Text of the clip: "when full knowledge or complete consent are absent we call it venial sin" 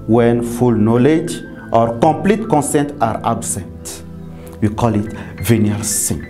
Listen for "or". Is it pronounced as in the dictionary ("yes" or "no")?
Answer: yes